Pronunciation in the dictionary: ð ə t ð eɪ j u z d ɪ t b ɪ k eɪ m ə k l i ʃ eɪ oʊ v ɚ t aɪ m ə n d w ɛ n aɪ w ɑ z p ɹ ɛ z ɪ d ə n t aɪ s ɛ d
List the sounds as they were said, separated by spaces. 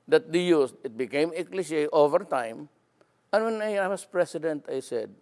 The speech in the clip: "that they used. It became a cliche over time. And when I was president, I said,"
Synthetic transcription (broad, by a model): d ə t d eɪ j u s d ɪ t b ɪ k eɪ m ə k l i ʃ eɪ oʊ v ɚ t aɪ m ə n w ɛ n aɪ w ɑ s p ɹ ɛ s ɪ d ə n t aɪ s ɛ d